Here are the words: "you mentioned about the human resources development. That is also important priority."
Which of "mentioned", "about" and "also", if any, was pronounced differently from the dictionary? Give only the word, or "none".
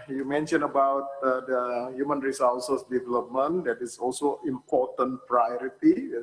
mentioned